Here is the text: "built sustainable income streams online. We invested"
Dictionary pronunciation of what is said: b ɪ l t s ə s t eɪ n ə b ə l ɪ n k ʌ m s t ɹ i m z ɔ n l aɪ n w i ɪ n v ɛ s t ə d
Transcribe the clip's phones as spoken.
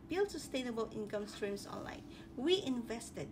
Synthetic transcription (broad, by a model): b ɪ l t s ə s t eɪ n ə b ə l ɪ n k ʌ m s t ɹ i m s ɔ n l aɪ n w i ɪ n v ɛ s t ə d